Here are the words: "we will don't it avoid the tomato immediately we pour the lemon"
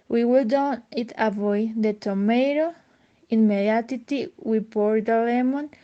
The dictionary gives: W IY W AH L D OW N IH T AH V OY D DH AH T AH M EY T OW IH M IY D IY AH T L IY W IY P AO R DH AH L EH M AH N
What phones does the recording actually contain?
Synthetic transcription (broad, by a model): W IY W AH L D OW N IH T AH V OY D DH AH T AH M EY T OW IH M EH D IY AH T IY W IY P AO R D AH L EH M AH N